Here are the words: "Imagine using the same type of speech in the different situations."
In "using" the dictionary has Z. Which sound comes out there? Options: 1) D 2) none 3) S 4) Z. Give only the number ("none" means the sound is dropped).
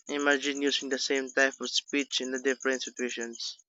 3